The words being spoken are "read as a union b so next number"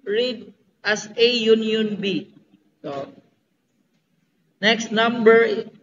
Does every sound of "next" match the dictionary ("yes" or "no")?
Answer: yes